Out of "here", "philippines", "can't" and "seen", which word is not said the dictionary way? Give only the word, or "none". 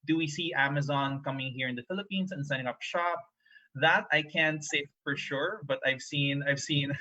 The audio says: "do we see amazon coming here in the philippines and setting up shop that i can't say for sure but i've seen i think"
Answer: philippines